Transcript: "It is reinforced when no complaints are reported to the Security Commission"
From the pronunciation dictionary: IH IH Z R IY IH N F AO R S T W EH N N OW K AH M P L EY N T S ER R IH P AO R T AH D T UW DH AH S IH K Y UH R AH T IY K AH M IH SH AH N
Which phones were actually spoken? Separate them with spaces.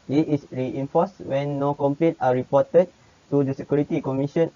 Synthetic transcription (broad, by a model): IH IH S R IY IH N F AO S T W EH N N OW K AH M P L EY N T AA R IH P AO T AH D T UW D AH S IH K Y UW R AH T IY K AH M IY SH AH N